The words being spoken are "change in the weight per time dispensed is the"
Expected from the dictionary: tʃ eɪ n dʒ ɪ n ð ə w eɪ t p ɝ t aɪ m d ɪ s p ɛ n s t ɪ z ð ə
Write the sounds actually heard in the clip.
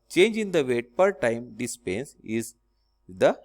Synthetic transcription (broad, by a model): tʃ eɪ n dʒ ɪ n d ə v eɪ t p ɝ t aɪ m d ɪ s p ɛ n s ɪ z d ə